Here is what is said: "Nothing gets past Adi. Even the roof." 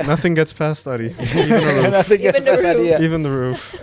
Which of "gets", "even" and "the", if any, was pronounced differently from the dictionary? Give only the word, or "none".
none